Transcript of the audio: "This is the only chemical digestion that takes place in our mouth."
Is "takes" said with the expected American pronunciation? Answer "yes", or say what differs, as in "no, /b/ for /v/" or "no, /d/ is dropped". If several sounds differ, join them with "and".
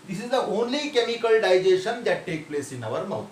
no, /s/ is dropped